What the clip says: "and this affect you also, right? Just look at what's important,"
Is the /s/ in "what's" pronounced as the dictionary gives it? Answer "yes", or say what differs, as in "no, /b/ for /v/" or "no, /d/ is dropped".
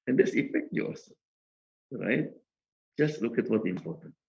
no, /s/ is dropped